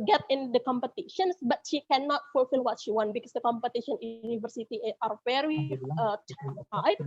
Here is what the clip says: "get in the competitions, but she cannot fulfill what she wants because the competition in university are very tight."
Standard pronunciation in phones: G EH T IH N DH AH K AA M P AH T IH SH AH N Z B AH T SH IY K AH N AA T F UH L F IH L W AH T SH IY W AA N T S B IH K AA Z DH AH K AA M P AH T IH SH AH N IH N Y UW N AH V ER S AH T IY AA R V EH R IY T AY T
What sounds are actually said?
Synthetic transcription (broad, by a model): G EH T IH N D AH K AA M P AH T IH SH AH N S B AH T SH IY K AH N AA T F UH L F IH L W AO T SH IY W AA N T B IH K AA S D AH K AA M P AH T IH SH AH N N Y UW N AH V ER S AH T IY AA R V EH R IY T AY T